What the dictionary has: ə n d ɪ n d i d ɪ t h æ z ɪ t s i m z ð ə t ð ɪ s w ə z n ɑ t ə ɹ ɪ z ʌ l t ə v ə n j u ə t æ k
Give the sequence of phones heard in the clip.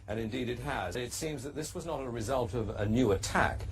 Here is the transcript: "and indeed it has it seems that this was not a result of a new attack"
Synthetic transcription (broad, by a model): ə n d ɪ n d i d ɪ t h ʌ z ɪ t s i m z ð ə t ð ɪ s w ə z n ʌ t ə ɹ ɪ z ʌ l t ə v ə n j u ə t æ k